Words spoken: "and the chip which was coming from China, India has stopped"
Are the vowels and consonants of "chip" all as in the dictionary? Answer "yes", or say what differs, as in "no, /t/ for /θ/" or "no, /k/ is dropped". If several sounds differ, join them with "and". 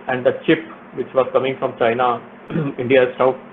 yes